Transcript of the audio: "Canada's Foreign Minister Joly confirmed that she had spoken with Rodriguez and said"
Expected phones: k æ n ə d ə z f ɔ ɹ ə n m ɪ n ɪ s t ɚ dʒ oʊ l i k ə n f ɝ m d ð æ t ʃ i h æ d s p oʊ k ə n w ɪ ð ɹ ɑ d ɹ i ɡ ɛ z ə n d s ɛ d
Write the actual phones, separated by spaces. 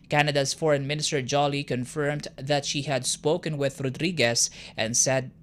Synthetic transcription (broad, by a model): k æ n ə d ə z f ɔ ɹ ə n m ɪ n ɪ s t ɚ dʒ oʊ l i k ə n f ɝ m d ð æ t ʃ i h æ d s p oʊ k ə n w ɪ ð ɹ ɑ d ɹ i ɡ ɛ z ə n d s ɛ d